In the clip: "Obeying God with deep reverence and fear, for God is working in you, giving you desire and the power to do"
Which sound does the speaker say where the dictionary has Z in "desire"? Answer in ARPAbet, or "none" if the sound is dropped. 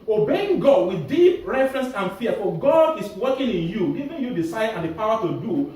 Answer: S